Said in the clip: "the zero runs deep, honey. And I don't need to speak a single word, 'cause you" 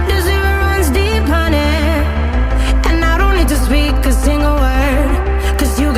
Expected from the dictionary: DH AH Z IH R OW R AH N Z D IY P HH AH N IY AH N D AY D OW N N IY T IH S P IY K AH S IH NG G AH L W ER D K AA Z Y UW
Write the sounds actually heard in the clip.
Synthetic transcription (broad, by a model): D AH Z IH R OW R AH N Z D IY P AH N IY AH N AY D OW N L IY T IH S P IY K AH S IH NG G AH L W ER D K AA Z Y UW